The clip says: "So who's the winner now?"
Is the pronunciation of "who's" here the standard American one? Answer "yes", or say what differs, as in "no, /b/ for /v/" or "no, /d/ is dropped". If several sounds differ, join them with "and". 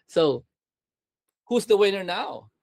yes